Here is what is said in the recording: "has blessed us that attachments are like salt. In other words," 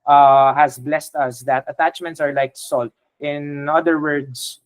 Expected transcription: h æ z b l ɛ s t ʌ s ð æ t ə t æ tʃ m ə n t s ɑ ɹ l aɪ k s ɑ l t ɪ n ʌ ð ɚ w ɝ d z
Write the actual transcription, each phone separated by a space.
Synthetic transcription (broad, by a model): h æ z b l ɛ s t ʌ s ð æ t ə t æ tʃ m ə n t s ɑ ɹ l aɪ k s ɑ l t ɪ n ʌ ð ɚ w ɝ d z